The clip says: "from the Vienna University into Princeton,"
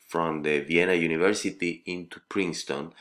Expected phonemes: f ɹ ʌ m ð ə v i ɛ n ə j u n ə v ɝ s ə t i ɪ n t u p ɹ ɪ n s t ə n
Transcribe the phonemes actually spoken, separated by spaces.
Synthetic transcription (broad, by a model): f ɹ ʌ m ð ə v i ɛ n ə j u n ə v ɝ s ə t i ɪ n t u p ɹ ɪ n s t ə n